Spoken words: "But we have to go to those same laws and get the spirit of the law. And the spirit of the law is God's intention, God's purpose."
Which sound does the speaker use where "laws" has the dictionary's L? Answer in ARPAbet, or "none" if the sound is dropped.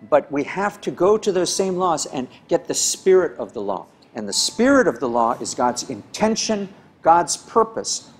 L